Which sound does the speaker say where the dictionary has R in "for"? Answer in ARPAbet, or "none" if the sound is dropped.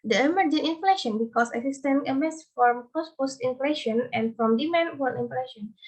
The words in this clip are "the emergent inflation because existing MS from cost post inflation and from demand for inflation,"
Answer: L